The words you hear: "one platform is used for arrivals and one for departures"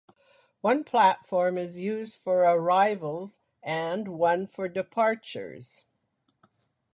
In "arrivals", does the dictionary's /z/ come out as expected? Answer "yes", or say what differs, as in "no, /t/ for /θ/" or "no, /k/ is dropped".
yes